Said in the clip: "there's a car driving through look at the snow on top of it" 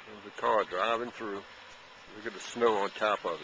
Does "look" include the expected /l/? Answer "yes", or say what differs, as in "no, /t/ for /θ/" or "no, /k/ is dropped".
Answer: no, /w/ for /l/